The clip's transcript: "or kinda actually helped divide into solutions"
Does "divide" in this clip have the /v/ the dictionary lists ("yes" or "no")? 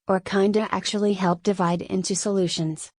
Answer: yes